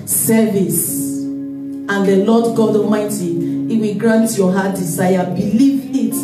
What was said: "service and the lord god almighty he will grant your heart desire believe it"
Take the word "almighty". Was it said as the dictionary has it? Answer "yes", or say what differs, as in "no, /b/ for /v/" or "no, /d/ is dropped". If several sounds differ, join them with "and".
no, /l/ is dropped